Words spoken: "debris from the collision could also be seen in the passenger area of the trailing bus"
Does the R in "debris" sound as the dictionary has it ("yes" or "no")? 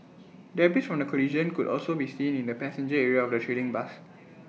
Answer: no